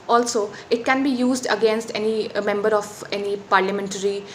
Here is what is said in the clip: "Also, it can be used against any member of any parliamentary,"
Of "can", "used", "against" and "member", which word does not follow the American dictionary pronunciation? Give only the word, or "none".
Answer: none